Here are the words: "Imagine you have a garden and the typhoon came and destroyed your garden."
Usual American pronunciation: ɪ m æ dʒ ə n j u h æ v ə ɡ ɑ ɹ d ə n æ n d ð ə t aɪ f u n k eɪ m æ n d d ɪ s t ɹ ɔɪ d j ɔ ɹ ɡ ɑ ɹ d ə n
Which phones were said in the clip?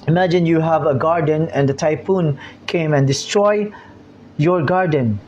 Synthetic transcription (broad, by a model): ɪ m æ dʒ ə n j u h æ v ə ɡ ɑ ɹ d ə n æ n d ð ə t aɪ p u n k eɪ m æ n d d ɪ s t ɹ ɔɪ j ɔ ɹ ɡ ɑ ɹ d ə n